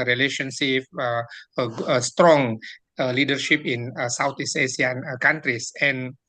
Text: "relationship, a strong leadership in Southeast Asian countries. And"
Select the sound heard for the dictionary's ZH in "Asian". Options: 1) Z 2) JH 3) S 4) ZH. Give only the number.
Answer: 3